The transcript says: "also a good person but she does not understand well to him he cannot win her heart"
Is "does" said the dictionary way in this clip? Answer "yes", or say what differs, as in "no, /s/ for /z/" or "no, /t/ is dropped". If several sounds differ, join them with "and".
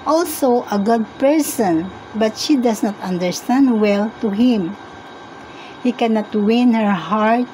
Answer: no, /s/ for /z/